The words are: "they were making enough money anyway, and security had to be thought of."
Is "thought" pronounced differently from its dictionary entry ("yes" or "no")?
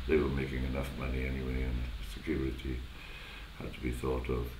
no